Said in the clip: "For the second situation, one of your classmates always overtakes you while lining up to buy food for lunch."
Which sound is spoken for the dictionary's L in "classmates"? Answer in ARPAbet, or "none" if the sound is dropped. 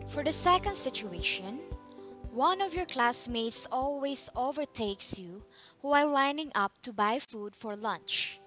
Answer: L